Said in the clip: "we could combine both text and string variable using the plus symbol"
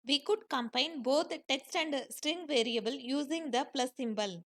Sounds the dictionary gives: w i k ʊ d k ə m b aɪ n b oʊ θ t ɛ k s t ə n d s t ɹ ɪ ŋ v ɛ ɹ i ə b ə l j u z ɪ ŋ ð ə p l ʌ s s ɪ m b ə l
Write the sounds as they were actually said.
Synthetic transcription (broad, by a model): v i k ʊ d k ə m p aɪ n b oʊ t t ɛ k s t ə n d s t ɹ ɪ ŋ v ɛ ɹ i ə b ə l j u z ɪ ŋ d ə p l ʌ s s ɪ m b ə l